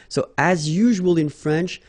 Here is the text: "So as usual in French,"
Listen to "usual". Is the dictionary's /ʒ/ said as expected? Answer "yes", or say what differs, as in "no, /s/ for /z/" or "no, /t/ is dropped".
yes